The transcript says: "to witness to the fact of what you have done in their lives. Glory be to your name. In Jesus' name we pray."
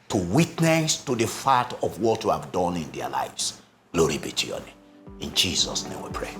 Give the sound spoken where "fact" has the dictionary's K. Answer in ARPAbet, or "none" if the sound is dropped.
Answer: none